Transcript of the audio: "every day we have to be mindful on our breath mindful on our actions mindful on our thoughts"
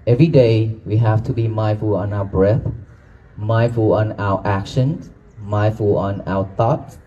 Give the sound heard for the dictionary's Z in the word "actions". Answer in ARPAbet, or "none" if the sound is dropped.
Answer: none